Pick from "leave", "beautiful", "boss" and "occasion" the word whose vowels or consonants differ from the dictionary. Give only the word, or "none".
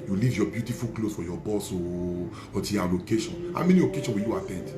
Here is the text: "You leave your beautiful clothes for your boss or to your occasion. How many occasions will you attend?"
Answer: occasion